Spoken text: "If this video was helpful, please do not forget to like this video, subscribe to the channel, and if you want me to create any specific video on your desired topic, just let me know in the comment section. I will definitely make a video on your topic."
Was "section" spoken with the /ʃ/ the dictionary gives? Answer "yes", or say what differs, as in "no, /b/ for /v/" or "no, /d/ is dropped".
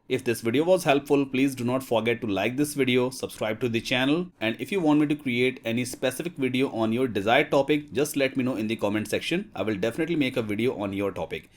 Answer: yes